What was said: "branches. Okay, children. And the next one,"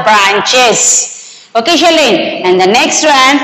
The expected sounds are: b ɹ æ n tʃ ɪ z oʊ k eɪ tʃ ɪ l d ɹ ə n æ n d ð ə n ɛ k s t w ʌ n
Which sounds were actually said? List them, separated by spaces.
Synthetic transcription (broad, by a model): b ɹ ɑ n tʃ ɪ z oʊ k eɪ ʃ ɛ l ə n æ n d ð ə n ɛ k s t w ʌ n